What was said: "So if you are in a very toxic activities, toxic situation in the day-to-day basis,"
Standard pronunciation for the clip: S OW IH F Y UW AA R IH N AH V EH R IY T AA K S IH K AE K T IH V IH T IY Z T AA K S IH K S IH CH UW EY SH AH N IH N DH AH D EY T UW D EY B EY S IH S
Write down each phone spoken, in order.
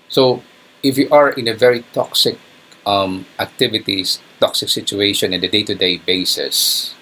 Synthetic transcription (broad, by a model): S OW IH F Y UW AA R IH N AH V EH R IY T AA K S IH K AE K T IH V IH T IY S T AA K S IH K S IH CH UW EY SH AH N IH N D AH D EY T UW D EY B EY S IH S